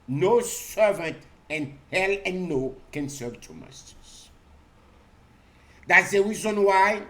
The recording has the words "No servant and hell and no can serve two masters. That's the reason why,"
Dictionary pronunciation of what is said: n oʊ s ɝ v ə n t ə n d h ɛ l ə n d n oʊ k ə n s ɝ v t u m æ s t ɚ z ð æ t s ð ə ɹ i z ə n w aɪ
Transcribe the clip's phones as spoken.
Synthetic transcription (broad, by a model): n oʊ s ɝ v ə n t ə n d h ɛ l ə n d n oʊ k ə n s ɝ v t u m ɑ s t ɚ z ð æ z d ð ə ɹ i z ə n w aɪ